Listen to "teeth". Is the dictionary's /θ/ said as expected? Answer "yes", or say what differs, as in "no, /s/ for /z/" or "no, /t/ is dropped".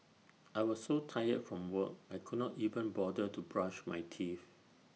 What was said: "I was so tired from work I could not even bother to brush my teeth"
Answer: no, /f/ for /θ/